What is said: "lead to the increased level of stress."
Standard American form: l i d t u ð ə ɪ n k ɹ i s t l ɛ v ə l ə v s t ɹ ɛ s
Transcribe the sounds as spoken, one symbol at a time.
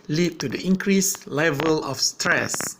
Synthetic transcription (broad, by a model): l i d t u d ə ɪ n k ɹ i s l ɛ v ə l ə f s t ɹ ɛ s